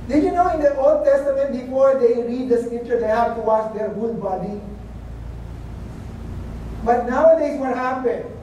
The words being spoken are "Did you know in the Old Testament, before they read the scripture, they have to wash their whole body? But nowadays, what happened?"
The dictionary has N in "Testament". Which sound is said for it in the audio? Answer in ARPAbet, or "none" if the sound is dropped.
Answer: N